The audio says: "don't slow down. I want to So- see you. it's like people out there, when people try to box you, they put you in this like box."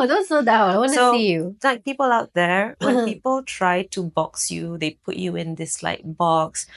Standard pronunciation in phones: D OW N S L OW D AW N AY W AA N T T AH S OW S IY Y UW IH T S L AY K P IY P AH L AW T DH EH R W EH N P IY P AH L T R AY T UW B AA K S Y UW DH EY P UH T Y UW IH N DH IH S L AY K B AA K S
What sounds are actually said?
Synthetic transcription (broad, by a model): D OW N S OW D AW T AY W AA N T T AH S OW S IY Y UW L AY K P IY P AH L AW T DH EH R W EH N P IY P AH L T R AY T UW B AA K S Y UW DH EY P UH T Y UW IH N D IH S L AY K B AA K S